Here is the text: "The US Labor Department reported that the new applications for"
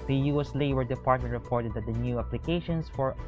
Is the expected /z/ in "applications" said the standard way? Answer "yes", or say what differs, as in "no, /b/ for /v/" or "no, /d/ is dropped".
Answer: no, /s/ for /z/